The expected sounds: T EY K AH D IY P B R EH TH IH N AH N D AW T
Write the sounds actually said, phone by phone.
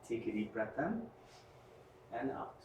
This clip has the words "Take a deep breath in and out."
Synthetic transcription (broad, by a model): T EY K AH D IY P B R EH T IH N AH N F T